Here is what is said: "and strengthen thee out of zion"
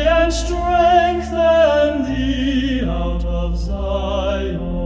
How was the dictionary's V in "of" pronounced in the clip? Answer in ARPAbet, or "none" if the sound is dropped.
V